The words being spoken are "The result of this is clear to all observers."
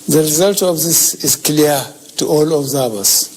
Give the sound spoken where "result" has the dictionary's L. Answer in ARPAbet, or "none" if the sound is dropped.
L